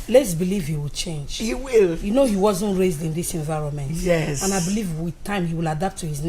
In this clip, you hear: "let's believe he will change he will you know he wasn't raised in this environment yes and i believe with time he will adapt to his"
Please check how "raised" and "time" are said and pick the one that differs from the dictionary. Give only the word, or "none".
none